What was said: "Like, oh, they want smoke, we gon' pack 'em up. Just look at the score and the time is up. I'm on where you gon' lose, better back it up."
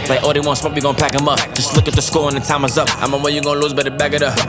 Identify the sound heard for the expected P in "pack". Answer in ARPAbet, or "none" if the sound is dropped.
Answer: P